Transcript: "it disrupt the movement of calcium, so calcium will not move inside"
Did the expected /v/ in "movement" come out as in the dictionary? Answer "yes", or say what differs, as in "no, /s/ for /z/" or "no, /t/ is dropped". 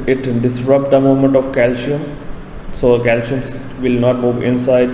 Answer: no, /v/ is dropped